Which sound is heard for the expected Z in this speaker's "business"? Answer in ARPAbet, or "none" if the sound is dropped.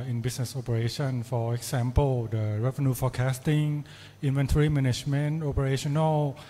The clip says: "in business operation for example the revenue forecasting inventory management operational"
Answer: S